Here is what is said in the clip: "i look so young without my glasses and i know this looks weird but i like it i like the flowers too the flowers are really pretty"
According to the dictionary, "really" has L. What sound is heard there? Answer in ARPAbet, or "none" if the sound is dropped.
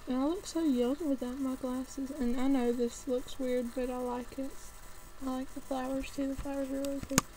none